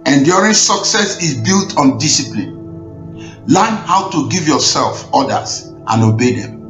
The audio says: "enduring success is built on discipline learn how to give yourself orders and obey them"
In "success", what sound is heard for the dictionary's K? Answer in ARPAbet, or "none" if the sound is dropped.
K